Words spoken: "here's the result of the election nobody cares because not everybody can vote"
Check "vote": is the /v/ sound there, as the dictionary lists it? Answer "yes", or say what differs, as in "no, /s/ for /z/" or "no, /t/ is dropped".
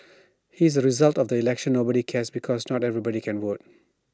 no, /w/ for /v/